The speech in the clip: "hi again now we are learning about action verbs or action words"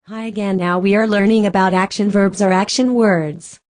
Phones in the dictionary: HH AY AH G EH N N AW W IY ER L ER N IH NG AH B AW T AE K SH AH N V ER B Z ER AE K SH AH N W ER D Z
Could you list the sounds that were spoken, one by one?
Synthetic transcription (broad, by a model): HH AY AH G EH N N AW W IY ER L ER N IH NG AH B AW T AE K SH AH N V ER B Z ER AE K SH AH N W ER D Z